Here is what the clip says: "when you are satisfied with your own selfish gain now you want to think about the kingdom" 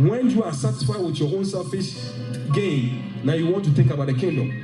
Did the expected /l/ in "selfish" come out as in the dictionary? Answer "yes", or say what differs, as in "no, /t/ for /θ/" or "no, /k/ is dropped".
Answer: no, /l/ is dropped